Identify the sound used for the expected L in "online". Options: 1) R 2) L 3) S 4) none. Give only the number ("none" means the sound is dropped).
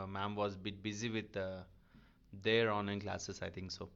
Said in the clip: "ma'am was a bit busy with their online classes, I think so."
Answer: 4